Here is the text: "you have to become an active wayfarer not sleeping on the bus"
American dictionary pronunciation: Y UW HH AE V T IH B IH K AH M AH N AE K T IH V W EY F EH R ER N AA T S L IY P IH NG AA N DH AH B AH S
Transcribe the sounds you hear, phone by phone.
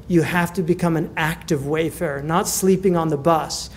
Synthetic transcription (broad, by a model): Y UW HH AE F T IH B IH K AH M AH N AE K T IH V W EY F EH R N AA T S L IY P IH NG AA N DH AH B AH S